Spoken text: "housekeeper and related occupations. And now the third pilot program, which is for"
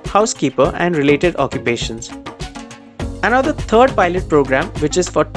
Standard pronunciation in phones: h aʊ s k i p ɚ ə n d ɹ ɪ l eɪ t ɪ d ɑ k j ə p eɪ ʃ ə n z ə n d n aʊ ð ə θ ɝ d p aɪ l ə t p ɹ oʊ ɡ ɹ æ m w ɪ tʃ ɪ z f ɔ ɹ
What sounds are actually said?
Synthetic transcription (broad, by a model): h aʊ s k i p ɚ ə n d ɹ ɪ l eɪ t ɪ d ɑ k j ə p eɪ ʃ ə n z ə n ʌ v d ə t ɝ d p aɪ l ə t p ɹ oʊ ɡ ɹ æ m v ɪ tʃ ɪ z f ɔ ɹ